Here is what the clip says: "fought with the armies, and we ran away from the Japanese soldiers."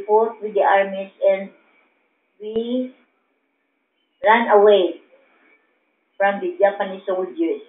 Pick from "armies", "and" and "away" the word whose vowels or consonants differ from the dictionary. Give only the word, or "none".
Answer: armies